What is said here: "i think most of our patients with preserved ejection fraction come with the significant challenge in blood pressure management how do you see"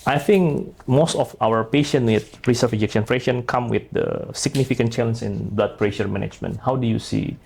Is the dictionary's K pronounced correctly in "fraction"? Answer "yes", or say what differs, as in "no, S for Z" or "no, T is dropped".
no, K is dropped